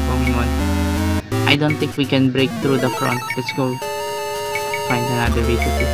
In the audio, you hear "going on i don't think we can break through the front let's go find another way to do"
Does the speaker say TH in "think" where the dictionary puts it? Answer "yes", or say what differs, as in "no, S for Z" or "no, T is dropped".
no, T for TH